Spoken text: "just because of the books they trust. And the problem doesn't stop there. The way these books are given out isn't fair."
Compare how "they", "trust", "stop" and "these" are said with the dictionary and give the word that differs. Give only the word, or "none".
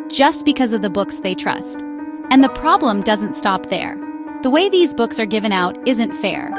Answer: none